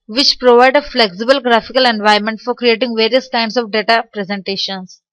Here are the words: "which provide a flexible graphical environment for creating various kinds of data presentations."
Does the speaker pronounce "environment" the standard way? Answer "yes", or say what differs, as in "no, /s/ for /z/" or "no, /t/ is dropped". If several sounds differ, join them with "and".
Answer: no, /ɹ/ is dropped